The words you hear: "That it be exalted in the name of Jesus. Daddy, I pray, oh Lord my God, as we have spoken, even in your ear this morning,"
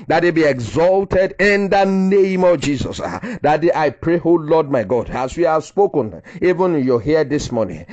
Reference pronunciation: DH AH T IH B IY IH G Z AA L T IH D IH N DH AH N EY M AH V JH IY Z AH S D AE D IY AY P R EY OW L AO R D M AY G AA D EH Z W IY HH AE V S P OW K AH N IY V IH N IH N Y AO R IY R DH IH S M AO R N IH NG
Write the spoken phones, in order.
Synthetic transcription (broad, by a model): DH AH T IH B IY IH G Z AA L T IH D IH N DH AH N EY M AH V JH IY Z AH S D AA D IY AY P R EY OW L AO D M AY G AA D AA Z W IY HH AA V S P OW K AH N IY V IH N IH N Y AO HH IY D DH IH S M AO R N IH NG